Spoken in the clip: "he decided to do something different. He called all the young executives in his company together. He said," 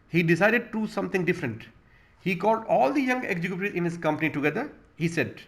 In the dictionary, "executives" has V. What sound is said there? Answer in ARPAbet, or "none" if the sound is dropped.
none